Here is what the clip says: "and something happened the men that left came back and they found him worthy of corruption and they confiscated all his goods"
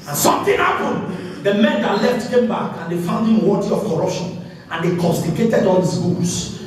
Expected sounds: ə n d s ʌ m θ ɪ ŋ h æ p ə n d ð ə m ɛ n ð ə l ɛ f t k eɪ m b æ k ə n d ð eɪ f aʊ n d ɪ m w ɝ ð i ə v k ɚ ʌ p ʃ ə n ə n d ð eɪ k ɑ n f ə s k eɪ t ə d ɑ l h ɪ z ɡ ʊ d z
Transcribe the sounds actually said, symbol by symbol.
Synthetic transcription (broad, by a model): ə n s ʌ m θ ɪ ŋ h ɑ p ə n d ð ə m ɛ n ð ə l ɛ f t k eɪ m b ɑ k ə n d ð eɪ f aʊ n d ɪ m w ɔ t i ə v k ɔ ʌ p ʃ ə n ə n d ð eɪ k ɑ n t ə k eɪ t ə d ɑ l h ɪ s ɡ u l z